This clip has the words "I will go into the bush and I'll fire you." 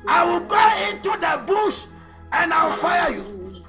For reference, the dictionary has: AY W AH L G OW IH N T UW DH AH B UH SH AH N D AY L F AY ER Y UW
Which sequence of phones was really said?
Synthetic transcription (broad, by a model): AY W AH L G OW IH N T UW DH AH B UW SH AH N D AY W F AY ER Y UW